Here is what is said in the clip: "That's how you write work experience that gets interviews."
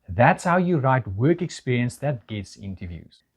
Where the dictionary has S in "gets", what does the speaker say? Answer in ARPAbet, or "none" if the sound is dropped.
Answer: S